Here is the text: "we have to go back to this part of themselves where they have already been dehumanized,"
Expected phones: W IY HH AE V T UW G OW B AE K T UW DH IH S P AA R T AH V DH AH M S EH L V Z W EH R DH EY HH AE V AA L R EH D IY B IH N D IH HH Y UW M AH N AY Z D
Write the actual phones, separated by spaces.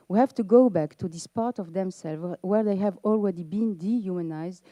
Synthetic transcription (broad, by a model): W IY HH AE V T UW G OW B AE K T UW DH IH S P AA R T AH V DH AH M S EH L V W EH R DH EY HH AE V AA L R EH D IY B IH N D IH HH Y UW M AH N AY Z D